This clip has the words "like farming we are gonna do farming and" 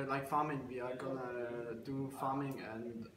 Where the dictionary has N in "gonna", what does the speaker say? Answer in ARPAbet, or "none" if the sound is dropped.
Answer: N